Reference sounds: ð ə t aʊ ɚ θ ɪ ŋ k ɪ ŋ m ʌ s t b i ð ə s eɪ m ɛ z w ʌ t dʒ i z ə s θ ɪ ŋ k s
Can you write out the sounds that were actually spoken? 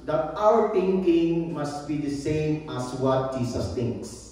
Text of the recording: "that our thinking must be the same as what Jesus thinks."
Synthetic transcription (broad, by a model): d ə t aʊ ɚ t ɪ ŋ k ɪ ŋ m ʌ s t b i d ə s eɪ m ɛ s w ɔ t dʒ i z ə s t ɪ ŋ k s